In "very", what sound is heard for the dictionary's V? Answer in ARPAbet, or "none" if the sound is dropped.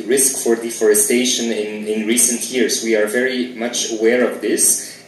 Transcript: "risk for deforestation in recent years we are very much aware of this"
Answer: V